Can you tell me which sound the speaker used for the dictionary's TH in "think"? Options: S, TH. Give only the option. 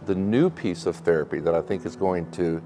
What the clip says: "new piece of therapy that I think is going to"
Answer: TH